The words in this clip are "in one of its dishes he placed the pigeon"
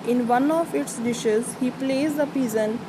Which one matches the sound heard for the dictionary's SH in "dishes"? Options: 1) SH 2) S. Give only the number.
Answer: 1